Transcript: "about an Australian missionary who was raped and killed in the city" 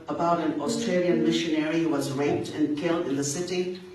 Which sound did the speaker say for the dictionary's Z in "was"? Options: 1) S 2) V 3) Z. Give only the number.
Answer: 3